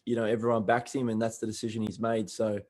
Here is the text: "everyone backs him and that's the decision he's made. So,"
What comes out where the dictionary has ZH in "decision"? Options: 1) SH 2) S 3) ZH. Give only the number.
3